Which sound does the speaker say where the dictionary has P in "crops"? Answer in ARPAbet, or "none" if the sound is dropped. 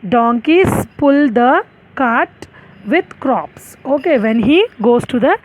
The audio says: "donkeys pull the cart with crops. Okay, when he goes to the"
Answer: P